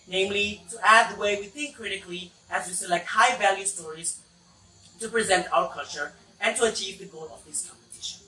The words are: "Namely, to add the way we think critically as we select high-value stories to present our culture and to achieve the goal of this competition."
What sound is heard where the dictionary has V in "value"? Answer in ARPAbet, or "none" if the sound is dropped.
V